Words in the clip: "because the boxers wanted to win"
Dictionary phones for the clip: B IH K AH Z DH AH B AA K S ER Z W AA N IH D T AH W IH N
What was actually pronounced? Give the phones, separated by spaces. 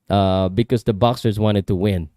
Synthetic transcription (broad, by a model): B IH K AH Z DH AH B AA K S ER Z W AA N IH D T AH W IH N